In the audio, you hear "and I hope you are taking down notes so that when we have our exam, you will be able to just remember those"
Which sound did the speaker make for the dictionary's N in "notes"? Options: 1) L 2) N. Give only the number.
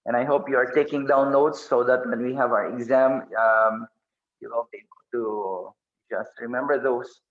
1